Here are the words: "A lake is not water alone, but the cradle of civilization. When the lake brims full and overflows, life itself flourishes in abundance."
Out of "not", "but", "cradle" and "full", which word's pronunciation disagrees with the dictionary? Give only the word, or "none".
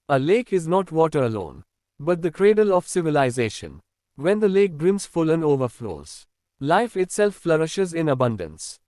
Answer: none